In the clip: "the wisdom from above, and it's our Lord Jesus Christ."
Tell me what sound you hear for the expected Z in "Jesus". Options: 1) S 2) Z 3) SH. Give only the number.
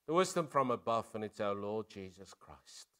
2